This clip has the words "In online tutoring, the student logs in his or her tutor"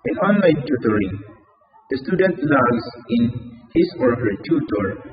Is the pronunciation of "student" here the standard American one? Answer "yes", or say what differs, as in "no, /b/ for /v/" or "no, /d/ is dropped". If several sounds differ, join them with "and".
yes